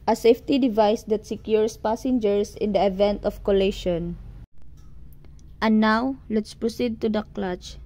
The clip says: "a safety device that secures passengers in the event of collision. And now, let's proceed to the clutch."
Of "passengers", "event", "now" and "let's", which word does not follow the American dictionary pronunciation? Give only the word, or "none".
passengers